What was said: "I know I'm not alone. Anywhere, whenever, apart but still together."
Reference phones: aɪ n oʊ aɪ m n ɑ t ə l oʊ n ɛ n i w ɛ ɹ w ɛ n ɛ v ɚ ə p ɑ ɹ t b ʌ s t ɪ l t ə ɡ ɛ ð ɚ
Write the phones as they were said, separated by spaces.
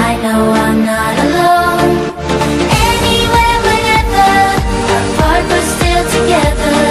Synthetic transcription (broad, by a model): aɪ n oʊ aɪ m n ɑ t ə l oʊ n ɛ n i w ɛ ɹ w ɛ ɛ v ɚ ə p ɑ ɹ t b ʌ s t ɪ l t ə ɡ ɛ ð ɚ